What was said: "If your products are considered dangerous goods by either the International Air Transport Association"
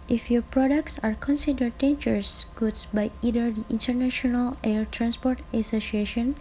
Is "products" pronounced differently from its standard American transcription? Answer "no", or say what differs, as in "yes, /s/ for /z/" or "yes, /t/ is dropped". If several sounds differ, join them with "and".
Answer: no